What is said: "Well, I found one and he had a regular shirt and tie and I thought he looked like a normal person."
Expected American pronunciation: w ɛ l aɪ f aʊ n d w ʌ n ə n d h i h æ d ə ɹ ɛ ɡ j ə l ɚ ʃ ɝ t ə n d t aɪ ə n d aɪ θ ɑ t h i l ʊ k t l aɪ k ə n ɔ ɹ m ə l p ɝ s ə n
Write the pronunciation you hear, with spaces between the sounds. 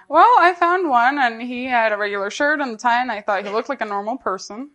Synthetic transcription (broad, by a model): w ɛ l aɪ f aʊ n d w ʌ n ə n i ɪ d ə ɹ ɛ ɡ j l ɚ ʃ ɝ t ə n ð t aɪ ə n aɪ θ ɑ t h i l ʊ k t l aɪ k ə n ɔ ɹ m l p ɝ s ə n